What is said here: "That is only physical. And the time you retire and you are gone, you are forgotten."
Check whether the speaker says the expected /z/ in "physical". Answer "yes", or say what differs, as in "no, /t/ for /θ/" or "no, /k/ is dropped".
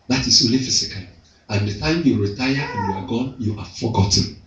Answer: no, /s/ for /z/